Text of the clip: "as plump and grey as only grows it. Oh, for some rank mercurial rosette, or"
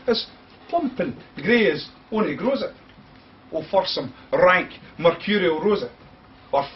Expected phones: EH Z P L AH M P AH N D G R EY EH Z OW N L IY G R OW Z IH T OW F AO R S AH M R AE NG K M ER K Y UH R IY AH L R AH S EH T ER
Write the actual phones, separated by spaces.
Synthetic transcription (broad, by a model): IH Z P AH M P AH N G R EY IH Z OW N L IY G R OW Z IH T OW F AO R S AH M R AE NG K M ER K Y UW R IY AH R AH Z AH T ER